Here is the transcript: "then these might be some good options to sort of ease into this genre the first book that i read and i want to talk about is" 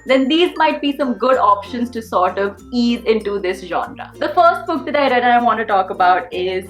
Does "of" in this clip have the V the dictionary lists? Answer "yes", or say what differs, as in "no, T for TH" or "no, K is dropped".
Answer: yes